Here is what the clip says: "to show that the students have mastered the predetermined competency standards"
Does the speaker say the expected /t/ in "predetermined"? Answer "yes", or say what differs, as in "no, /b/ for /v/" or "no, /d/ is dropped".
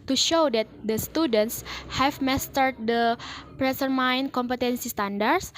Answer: no, /s/ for /t/